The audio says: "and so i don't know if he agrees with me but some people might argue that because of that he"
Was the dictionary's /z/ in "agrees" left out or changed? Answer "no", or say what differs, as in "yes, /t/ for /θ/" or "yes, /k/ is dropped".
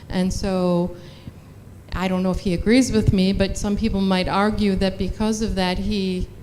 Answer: no